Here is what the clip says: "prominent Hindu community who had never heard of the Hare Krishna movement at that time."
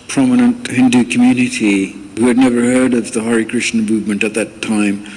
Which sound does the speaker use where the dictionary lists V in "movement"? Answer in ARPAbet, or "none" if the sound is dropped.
V